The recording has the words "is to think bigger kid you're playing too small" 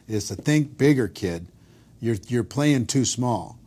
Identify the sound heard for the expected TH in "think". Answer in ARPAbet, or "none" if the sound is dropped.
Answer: TH